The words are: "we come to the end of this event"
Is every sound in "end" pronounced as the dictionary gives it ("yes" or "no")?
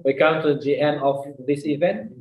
no